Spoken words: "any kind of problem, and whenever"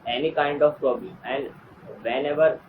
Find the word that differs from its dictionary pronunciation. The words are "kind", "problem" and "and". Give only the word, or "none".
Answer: problem